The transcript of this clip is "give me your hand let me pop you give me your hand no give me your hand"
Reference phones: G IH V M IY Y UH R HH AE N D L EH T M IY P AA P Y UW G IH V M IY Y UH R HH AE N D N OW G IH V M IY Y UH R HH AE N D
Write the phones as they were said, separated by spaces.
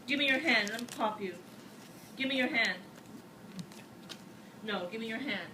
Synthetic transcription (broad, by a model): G IH V M IY Y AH R HH AE N D L EH T M IY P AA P Y UW G IH V M IY Y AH R HH AE N D N OW G IH V M IY Y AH R HH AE N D